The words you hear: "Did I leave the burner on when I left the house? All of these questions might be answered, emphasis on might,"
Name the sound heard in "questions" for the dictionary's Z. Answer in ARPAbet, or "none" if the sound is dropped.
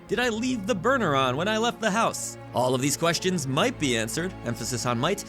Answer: Z